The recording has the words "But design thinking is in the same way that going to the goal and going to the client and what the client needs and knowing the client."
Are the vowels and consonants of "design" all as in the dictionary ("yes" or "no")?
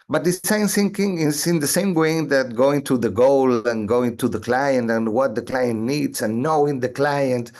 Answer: no